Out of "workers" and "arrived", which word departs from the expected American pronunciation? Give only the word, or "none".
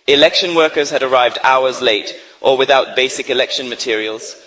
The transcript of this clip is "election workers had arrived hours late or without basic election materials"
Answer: none